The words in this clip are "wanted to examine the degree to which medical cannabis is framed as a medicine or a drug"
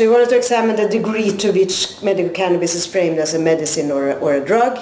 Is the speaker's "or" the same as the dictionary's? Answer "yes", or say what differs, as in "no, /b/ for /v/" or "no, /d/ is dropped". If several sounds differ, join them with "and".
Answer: yes